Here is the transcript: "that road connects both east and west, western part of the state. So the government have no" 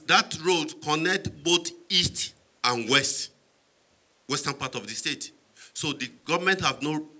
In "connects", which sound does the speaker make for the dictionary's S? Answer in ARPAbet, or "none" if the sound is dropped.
none